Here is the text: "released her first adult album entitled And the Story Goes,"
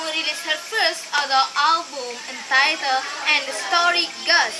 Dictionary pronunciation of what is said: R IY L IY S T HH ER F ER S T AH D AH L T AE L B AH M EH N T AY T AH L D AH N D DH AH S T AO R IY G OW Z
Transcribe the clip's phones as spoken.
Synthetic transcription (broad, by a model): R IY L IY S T HH ER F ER S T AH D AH T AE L B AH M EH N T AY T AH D AH N D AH S T AO R IY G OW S